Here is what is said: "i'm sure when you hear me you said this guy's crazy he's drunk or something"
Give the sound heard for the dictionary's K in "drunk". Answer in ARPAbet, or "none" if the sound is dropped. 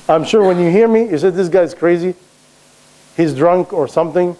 K